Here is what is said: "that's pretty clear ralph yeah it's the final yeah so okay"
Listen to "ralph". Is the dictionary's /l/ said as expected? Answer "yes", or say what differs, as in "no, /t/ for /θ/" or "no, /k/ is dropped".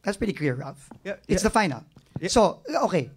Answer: no, /l/ is dropped